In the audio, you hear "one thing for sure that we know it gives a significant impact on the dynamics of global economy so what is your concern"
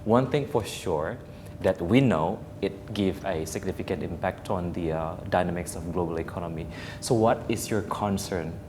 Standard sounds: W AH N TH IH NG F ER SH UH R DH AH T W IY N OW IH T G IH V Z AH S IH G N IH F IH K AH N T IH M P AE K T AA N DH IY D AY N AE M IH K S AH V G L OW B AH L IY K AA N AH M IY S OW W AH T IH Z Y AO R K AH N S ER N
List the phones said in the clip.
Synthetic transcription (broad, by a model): W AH N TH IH NG F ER SH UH R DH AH T W IY N OW IH T G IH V AH S IH G N IH F IH K AH N T IH M P AE K T AA N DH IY D AY N AE M IH K S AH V G L OW B AH L IY K AA N AH M IY S OW W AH T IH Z Y AO R K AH N S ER N